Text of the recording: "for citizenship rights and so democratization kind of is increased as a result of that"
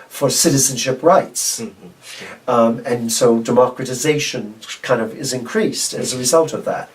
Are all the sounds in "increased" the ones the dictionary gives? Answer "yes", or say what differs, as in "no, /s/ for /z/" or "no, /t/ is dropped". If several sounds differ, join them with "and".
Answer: yes